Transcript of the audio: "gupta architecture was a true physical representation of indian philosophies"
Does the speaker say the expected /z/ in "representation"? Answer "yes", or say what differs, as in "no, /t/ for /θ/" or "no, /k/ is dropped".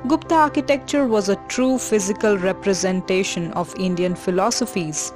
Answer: yes